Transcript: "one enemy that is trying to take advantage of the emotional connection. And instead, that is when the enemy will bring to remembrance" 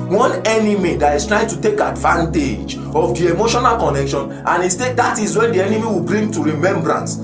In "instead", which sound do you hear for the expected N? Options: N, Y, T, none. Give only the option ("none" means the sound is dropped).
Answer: none